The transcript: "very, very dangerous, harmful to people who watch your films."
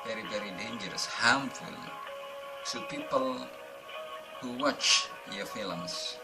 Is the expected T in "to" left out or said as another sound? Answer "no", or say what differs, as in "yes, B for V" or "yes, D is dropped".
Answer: yes, S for T